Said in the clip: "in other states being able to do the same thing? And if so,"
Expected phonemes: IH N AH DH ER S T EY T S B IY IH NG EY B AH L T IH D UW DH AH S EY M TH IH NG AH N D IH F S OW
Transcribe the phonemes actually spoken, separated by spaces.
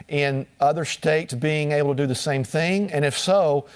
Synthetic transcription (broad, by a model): IH N AH DH ER S T EY T S B IY IH NG EY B L T IH D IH DH AH S EY M TH IH NG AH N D IH F S OW